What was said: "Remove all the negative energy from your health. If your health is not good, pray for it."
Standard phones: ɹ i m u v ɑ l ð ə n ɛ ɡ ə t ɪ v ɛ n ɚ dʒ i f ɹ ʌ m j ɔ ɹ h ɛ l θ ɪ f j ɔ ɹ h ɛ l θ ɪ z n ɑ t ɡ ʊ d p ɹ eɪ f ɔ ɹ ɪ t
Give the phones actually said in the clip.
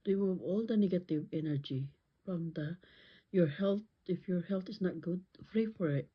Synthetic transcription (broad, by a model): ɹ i m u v ɑ l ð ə n ɛ ɡ ə t ɪ v ɛ n ɚ dʒ i f ɹ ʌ m j ɔ ɹ h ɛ l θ ɪ f j ɔ ɹ h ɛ l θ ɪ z n ɑ t ɡ ʊ d f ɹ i f ɔ ɹ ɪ t